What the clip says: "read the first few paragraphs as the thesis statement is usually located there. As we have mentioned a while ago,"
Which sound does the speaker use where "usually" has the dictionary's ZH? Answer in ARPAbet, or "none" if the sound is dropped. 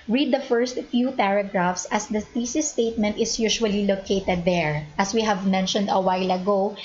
SH